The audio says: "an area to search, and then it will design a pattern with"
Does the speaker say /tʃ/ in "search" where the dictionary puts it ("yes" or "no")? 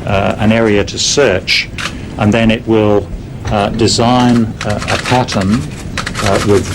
yes